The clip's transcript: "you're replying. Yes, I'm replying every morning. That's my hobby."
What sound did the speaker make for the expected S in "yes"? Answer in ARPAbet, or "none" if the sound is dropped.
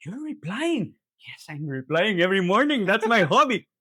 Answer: S